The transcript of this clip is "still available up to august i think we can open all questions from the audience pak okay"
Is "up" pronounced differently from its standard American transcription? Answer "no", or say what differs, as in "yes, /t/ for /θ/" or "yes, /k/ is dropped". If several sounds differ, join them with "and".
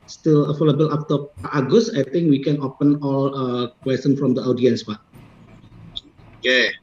yes, /f/ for /p/